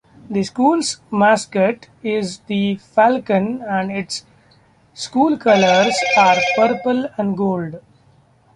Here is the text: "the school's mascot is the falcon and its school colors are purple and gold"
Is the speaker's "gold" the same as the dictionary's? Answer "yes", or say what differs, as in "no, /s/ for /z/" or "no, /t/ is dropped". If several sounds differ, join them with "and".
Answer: yes